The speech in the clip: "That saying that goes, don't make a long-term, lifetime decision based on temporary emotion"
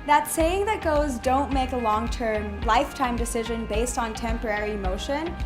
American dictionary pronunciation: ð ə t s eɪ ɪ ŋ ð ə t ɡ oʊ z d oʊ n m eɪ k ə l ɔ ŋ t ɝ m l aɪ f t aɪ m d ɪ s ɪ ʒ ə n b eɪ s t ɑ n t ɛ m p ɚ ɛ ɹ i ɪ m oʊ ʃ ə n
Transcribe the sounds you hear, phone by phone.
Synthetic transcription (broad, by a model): ð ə t s eɪ ɪ ŋ ð ə t ɡ oʊ z d oʊ n m eɪ k ə l ɔ ŋ t ɝ m l aɪ f t aɪ m d ɪ s ɪ ʒ ə n b eɪ s t n t ɛ m p ɚ ɛ ɹ i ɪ m oʊ ʃ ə n